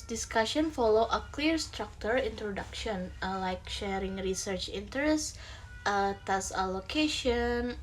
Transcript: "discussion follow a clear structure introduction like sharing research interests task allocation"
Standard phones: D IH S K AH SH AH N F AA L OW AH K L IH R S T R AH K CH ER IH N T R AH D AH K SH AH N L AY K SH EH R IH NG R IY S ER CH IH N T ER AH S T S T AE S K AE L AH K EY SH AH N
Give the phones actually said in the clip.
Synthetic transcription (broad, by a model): D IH S K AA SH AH N F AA L OW AH K L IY R S T R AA K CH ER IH N T R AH D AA K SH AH N L AY K SH EH R IH NG R IY S ER CH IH N T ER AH S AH T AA S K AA L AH K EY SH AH N